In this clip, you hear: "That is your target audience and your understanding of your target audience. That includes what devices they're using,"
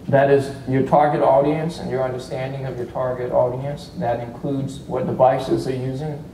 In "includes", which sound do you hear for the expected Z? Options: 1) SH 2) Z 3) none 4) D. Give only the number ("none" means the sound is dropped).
2